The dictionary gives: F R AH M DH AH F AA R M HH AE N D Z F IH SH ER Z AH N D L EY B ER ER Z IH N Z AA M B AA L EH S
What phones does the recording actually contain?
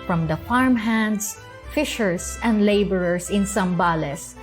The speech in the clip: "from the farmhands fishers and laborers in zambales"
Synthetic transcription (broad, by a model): F R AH M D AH F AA R M HH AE N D S F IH SH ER S AH N D L EY B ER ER S IH N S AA M B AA L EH S